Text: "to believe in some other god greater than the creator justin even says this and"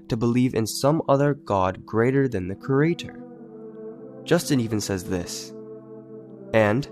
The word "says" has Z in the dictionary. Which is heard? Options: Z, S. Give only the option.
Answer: Z